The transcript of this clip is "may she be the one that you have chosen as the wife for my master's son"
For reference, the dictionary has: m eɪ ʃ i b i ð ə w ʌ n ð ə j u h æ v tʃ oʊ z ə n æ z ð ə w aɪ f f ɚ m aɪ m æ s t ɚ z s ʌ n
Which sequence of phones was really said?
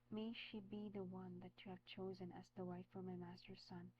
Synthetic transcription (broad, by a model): m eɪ ʃ i b i ð ə w ʌ n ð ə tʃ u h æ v tʃ oʊ z ə n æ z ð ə w aɪ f f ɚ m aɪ m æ s t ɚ s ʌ n